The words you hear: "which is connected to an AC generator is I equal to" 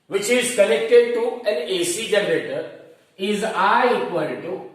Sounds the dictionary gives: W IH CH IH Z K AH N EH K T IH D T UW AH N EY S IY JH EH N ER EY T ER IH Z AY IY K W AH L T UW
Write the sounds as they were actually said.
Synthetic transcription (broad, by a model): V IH CH IH Z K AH L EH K T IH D T UW AH N EY S IY JH EH N ER EY T ER IH Z AY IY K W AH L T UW